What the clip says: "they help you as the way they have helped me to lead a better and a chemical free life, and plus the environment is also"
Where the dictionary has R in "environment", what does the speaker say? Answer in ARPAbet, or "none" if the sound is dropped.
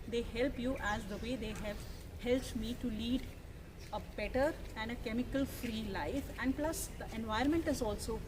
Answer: none